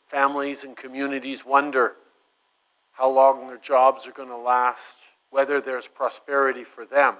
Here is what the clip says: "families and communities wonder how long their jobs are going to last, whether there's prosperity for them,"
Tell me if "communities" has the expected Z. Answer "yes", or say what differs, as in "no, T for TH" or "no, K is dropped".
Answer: yes